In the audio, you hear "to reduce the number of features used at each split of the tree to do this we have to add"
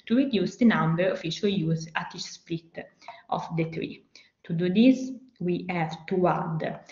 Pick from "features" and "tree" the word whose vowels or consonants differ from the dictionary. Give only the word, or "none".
features